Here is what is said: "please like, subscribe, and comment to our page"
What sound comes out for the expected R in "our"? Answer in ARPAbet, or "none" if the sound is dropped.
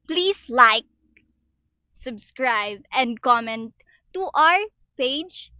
R